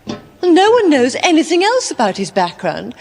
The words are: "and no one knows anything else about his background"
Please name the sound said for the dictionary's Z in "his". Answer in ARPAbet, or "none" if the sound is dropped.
Z